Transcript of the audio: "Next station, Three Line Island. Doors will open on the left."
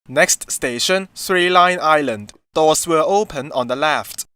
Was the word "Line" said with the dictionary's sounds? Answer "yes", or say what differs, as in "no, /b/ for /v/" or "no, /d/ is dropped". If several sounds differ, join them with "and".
yes